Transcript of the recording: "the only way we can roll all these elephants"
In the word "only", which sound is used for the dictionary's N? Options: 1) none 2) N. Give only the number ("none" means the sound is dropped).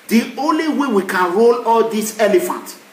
2